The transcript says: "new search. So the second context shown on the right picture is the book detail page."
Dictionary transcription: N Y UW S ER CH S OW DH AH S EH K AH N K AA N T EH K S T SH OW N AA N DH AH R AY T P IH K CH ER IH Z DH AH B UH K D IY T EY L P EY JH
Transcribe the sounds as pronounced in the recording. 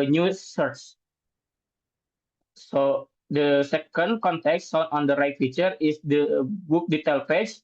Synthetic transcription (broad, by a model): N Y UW S ER CH S OW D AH S EH K AH N K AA N T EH K S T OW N AA N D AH R AY T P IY CH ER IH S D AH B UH K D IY T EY L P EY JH